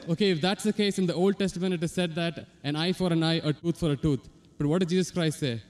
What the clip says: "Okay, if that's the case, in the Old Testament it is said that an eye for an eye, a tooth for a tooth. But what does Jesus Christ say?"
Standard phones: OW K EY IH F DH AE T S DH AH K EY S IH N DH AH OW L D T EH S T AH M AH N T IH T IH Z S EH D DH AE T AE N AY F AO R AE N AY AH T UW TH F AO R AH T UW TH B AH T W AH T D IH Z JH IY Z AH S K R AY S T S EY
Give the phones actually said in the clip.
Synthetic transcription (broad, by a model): OW K EY IH F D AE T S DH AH K EY S IH N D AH OW L D T EH S T AH M AH N T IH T IH Z S EH D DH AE T AE N AY F AO R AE N AY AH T UW T F AO R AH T UW T B AH T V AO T D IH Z JH IY Z AH S K R AY S T S EY